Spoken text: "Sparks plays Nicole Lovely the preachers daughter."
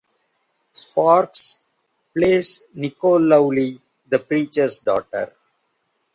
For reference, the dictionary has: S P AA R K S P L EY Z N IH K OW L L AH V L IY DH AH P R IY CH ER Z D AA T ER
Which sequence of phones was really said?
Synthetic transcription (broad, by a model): S P AA R K S P L EY S N IH K OW L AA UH L IY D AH P R IY CH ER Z D AA T ER